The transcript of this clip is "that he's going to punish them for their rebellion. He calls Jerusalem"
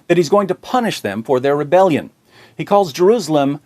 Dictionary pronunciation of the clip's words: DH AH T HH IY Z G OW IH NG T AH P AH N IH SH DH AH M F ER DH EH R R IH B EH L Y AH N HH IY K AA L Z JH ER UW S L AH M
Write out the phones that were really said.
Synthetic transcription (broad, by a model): DH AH T HH IY Z G OW IH NG T AH P AH N IH SH DH AH M F ER DH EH R R IH B EH L Y AH N HH IY K AA L Z JH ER UW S L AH M